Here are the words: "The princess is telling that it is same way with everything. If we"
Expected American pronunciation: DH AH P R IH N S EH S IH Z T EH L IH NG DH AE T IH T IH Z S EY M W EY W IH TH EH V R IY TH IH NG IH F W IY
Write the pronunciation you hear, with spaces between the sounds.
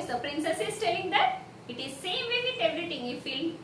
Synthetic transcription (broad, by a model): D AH P R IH N S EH S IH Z T EH L IH NG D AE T IH T IH Z S EY M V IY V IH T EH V R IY T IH NG IH F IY